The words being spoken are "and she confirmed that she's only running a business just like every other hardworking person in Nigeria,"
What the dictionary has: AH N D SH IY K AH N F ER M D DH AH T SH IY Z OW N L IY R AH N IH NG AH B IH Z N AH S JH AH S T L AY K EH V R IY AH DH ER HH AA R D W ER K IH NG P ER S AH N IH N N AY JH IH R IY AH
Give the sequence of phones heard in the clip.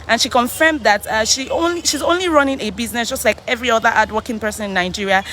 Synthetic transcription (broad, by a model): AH N SH IY K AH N F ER M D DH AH T SH IY Z OW N L IY R AH N IH NG AH B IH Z N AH S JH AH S T L AY K EH V R IY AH DH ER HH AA D W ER K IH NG P ER S AH N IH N N AY JH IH R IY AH